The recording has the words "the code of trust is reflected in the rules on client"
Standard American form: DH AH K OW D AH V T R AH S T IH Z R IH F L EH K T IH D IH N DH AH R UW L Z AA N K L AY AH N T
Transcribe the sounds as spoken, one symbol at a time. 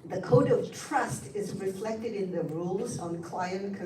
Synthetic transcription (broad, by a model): DH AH K OW D AH V T R AH S T IH Z R IH F L EH K T IH D IH N DH AH R UW L Z N K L AY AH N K